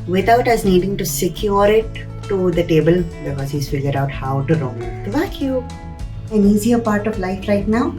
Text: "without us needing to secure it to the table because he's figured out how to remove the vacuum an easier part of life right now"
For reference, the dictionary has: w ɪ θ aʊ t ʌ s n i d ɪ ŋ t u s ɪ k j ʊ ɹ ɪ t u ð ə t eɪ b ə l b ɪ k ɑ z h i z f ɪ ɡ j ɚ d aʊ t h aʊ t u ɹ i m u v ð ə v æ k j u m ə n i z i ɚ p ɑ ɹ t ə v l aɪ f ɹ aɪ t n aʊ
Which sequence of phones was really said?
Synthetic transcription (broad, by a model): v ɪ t aʊ t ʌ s n i d ɪ ŋ t u s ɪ k j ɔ ɹ ɪ t u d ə t eɪ b ə l b ɪ k ɑ z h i s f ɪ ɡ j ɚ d aʊ t h aʊ t u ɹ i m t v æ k j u ə n i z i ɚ p ɑ ɹ t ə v l aɪ f ɹ aɪ t n aʊ